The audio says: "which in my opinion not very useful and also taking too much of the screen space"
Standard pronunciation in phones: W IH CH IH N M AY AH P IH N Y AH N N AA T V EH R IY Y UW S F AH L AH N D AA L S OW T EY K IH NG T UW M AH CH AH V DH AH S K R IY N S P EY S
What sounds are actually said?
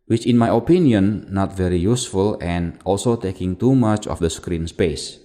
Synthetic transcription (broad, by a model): W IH CH IH N M AY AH P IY N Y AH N N AA T V EH R IY Y UW S F AH L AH N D AA L S OW T EY K IH NG T UW M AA CH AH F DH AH S K R IY N S P EY S